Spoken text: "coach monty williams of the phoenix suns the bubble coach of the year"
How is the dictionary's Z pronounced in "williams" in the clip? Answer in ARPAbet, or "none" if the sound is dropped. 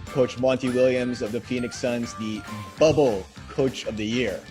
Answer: Z